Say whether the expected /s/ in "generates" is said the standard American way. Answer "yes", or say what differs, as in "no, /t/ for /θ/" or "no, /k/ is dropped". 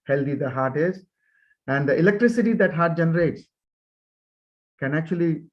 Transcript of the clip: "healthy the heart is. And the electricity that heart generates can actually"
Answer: yes